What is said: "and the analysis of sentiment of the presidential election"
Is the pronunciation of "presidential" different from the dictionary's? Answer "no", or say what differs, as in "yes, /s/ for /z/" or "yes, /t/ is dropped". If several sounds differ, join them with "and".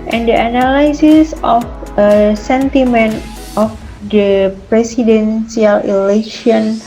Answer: yes, /s/ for /z/ and /s/ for /ʃ/